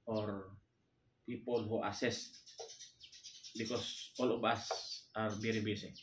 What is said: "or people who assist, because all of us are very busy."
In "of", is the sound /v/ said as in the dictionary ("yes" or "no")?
no